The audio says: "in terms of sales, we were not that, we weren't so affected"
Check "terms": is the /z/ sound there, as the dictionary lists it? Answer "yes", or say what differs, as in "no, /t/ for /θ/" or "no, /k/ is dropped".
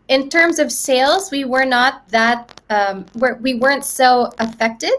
yes